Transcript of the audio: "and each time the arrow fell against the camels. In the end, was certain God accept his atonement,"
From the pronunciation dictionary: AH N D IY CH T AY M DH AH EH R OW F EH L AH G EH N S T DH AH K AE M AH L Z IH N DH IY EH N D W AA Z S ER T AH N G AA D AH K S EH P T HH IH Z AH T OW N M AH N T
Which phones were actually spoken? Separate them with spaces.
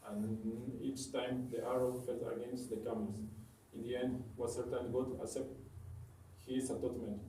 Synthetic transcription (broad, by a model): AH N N IY CH T AY M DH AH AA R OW F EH L AH G EH N S T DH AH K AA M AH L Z IH N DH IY EH N D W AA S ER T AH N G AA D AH S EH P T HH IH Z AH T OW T M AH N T